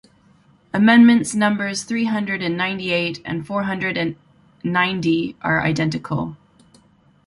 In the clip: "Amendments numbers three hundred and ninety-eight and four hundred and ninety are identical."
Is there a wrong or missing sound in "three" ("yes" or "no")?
no